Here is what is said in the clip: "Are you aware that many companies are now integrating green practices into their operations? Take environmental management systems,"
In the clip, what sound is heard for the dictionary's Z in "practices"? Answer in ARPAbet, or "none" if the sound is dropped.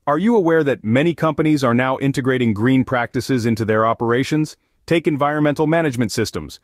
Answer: Z